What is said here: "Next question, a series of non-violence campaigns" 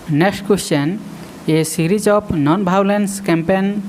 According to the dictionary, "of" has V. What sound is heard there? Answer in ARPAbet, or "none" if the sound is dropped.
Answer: P